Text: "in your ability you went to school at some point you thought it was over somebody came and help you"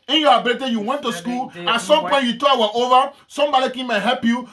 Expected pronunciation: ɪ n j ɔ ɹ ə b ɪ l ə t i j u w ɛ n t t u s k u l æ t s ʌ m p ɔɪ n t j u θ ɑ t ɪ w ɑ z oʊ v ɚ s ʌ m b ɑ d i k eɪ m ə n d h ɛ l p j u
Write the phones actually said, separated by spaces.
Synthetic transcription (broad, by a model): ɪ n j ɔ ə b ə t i j u w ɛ n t t u s k u l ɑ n s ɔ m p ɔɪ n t j u t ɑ ɪ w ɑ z oʊ v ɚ s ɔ m b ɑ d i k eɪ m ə h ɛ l p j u